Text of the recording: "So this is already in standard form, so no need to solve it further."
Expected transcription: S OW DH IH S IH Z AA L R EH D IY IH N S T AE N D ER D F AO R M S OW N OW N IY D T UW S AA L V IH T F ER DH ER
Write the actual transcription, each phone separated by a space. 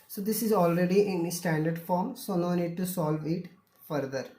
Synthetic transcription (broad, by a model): S OW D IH S IH Z AA L R EH D IY IH N S T AE N D ER D F AO R M S OW N OW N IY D T UW S AA L V IH T F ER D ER